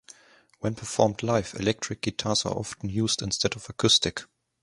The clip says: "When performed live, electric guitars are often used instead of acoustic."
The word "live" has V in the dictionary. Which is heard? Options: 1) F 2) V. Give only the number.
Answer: 1